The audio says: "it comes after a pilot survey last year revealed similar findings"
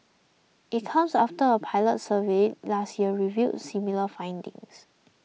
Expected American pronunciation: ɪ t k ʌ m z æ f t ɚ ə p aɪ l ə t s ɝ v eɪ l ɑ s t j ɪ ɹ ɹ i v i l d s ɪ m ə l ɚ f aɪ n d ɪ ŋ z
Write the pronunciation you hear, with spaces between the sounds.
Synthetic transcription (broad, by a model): ɪ t k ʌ m s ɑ f t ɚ ə p aɪ l ə t s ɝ v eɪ l ɑ s t j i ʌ ɹ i v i d s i m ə l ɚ f aɪ n d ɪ ŋ s